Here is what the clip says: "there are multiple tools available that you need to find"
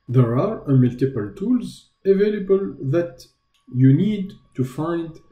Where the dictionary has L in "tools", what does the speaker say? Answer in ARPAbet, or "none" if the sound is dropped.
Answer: L